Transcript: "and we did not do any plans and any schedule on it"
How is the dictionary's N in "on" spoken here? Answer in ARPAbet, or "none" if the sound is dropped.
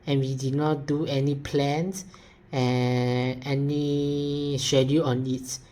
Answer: N